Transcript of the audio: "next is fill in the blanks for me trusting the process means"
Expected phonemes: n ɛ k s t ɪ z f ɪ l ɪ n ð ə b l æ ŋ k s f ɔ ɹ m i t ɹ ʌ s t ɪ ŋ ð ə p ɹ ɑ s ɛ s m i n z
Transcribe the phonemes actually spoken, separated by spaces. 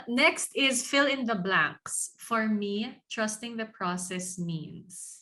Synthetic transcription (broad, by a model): n ɛ k s t ɪ z f ɪ l ɪ n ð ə b l æ ŋ k s f ɔ ɹ m i t ɹ ʌ s t ɪ ŋ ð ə p ɹ ɑ s ɛ s m i n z